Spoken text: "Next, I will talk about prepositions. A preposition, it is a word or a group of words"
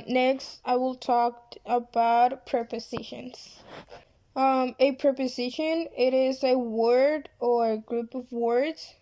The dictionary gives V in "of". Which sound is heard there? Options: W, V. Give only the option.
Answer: V